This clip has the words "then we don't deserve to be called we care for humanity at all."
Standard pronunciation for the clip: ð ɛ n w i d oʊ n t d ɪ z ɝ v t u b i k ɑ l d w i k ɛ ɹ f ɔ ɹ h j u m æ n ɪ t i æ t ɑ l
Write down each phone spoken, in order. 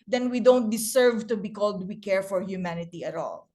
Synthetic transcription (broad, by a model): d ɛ n w i d oʊ n t d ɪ s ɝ v t u b i k ɑ l d w i k ɛ ɹ f ɔ ɹ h j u m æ n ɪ t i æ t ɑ l